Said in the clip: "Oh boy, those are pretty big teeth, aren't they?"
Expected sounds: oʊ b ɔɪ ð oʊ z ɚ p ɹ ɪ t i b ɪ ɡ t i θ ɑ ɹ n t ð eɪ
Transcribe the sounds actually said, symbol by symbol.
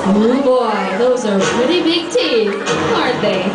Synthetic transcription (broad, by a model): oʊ b ɔɪ ð oʊ z ɚ p ɹ ɪ t i b ɪ ɡ t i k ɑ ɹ t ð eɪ